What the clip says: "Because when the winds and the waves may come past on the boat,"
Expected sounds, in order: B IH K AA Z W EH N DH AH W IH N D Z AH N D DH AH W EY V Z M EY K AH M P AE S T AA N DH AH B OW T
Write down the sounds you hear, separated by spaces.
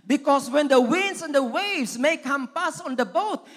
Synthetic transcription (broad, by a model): B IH K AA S W EH N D AH W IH N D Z AH N D AH W EY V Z M EY K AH M P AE S AA N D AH B OW T